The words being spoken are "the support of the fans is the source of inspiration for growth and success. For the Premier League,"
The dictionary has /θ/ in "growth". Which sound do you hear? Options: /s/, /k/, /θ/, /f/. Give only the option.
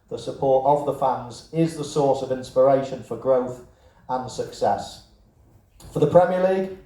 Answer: /θ/